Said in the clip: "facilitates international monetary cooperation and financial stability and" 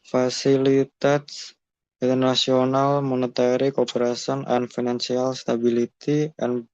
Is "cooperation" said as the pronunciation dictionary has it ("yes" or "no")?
no